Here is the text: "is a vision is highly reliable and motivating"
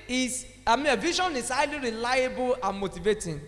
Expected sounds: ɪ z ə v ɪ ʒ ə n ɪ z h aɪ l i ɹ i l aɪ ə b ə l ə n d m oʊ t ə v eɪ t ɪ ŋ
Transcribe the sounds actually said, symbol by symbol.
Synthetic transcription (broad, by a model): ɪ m ə v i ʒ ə n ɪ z h aɪ l i ɹ i l aɪ ə b ə l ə n m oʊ t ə v eɪ t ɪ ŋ